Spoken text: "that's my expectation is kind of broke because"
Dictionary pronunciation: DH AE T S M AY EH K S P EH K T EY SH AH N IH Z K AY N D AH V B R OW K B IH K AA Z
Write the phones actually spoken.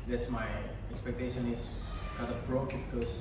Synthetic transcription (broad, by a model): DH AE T S M AY EH K S P EH K T EY SH AH N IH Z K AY D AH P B R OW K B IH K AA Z